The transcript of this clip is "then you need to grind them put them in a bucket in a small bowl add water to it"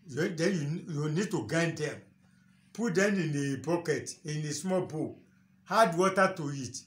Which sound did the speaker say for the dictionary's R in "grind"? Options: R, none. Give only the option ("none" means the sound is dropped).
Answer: none